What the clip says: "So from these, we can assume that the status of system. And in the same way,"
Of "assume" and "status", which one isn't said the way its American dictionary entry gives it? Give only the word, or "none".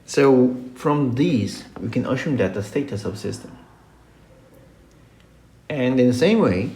assume